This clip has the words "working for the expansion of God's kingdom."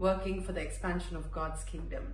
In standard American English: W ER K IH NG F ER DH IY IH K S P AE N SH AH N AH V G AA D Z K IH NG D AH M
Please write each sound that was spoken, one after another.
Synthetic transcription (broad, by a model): W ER K IH NG F ER DH IY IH K S P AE N SH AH N AH V G AA D Z K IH NG D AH M